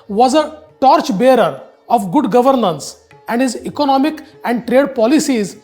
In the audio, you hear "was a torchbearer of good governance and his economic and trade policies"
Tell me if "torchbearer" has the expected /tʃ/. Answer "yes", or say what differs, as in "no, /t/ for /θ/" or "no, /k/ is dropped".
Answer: yes